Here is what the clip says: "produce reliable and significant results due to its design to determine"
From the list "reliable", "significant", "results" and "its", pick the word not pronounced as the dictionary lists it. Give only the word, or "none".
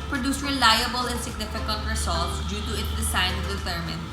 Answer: results